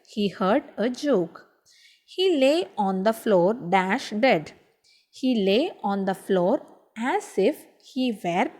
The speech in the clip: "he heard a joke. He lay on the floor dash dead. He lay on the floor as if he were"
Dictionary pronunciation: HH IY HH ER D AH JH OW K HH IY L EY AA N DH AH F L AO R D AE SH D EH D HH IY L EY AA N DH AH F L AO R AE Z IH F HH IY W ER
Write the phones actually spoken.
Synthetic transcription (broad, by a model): HH IY HH ER D AH JH OW K HH IY L EY AA N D AH F L AO R D AE SH D EH D HH IY L EY AA N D AH F L AO R AE Z IH F HH IY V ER